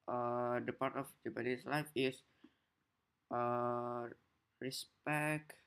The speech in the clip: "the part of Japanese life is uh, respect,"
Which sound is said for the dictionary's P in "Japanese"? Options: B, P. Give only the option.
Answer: B